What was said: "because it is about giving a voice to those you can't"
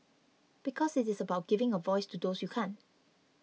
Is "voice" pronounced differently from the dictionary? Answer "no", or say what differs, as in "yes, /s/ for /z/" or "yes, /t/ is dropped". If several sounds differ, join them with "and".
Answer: no